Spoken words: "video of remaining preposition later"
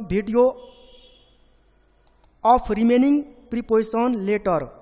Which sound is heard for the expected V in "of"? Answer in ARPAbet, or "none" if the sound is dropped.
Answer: P